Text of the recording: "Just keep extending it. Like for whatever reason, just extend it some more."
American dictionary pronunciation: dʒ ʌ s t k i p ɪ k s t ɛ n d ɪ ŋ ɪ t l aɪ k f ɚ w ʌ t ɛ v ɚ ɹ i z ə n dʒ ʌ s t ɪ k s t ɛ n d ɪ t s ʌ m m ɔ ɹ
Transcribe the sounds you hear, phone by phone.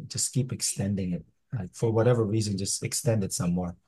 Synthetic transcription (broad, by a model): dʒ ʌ s k i p ɪ k s t ɛ n d ɪ ŋ ɪ t l aɪ k f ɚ w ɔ t ɛ v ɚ ɹ i z ə n dʒ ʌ s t ɪ k s t ɛ n d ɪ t s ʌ m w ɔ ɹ